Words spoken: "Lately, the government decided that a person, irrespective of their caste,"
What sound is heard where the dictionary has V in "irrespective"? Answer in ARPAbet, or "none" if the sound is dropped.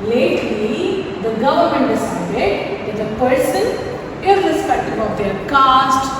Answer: B